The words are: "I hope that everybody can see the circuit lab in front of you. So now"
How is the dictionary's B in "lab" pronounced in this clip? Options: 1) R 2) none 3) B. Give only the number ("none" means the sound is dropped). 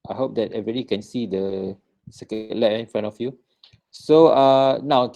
2